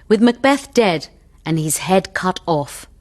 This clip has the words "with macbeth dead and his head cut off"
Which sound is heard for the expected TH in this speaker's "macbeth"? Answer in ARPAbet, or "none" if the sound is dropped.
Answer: TH